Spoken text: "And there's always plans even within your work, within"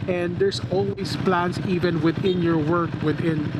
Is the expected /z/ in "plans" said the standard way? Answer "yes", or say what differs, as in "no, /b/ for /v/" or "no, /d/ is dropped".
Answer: no, /s/ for /z/